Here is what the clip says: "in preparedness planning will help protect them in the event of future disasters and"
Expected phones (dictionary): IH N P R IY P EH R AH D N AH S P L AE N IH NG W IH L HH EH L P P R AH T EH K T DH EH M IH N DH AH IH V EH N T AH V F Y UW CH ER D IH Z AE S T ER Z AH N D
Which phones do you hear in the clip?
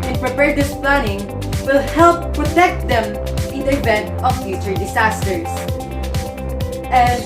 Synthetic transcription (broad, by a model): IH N P R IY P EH R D AH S P L AE N IH NG W IH L HH EH L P P R AH T EH K T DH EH M IH N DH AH IH V EH N T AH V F Y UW CH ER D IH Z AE S T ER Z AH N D